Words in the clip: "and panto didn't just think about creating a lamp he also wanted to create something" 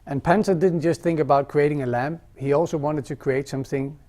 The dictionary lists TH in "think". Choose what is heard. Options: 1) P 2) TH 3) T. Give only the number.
2